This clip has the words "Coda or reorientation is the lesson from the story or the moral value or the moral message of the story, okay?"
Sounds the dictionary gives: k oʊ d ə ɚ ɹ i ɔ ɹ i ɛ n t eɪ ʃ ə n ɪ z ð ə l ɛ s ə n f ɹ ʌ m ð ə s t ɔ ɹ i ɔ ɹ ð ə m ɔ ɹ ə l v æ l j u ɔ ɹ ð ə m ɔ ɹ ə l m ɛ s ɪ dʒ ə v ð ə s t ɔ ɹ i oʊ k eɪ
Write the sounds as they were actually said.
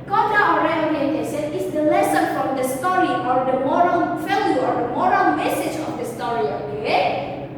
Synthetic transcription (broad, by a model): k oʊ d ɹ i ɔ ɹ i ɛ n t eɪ s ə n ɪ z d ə l ɛ s ə n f ɹ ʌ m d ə s t ɔ ɹ i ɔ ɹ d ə m ɔ ɹ ə l f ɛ l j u ɔ ɹ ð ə m ɔ ɹ ə l m ɛ s ɪ dʒ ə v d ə s t ɔ ɹ i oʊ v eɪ